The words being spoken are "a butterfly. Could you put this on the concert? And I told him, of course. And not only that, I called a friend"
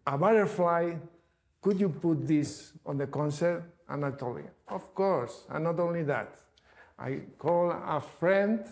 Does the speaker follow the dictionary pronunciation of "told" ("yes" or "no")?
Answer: no